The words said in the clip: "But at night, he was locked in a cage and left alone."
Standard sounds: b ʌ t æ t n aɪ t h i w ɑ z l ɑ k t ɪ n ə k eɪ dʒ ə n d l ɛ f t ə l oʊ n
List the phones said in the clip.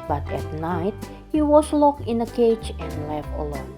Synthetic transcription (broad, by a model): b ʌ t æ t n aɪ t h i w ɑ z l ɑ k ɪ n ə k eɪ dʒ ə n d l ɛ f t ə l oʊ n